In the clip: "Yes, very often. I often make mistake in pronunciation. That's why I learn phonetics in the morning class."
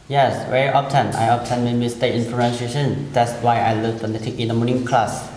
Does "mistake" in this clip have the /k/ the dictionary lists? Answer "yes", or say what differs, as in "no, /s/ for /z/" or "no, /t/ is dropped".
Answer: no, /k/ is dropped